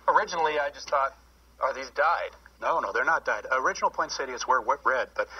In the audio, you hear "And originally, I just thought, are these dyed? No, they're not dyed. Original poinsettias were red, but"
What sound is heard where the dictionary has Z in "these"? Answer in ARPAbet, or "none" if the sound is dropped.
Z